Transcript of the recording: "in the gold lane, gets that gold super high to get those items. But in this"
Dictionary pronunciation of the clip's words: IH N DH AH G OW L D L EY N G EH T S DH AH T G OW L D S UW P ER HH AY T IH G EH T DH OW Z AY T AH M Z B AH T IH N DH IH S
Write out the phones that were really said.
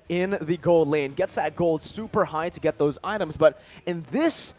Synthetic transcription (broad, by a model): IH N DH AH G OW L D L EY N G EH T S DH AH T G OW L D S UW P ER HH AY T IH G EH T DH OW Z AY T AH M Z B AH T IH N DH IH S